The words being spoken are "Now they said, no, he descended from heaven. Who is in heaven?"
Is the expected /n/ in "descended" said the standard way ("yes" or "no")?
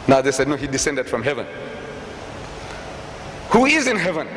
yes